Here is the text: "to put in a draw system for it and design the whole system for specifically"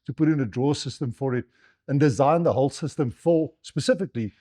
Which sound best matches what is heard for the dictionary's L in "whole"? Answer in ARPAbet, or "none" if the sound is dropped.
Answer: L